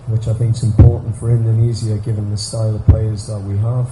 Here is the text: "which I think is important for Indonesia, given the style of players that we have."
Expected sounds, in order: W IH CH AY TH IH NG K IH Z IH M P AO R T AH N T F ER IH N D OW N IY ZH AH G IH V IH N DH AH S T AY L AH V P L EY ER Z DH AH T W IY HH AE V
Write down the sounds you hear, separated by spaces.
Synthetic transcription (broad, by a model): W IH CH AY TH IH NG K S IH M P AO R T N T F ER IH N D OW N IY Z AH G IH V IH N DH AH S T AY L AH V P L EY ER Z DH AH T W IY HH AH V